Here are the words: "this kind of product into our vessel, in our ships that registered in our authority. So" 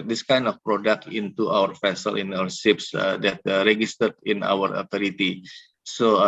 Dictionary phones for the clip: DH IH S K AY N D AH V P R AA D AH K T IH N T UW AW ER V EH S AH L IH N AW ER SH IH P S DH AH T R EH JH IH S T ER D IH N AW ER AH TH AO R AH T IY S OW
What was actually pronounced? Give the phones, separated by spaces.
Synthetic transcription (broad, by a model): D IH S K AY N D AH F P R AA D AH K T IH N T UW AW ER F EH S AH L IH N AW ER S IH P S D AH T R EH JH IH S T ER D IH N AW ER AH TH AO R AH T IY S OW